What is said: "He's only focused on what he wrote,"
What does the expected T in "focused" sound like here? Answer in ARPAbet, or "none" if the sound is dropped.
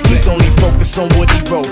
none